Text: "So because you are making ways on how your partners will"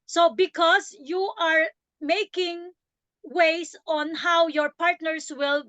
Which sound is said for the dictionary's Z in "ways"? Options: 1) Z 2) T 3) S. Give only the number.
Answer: 3